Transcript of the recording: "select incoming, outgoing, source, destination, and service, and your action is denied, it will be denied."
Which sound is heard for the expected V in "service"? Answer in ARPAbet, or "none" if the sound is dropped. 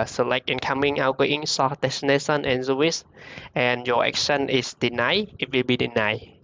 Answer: W